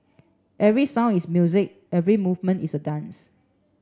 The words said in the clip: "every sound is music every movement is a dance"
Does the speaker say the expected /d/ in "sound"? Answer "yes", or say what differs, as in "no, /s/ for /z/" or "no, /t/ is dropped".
no, /d/ is dropped